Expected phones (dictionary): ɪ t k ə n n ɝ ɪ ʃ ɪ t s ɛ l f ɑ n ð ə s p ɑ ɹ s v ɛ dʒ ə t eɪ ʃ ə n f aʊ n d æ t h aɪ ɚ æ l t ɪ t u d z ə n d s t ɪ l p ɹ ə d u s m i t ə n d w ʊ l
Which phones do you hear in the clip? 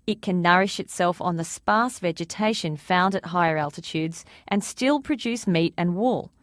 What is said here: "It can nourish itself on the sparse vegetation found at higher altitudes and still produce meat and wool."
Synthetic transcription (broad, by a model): ɪ t k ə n n ɝ ɪ ʃ ɪ t s ɛ l f n ð ə s p ɑ ɹ s v ɛ dʒ ə t eɪ ʃ ə n f aʊ n d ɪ t h aɪ ɚ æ l t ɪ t u d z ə n s t ɪ l p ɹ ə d u s m i t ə n w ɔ l